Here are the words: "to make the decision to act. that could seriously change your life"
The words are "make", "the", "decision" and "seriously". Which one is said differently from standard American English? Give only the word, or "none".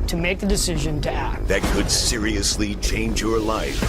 none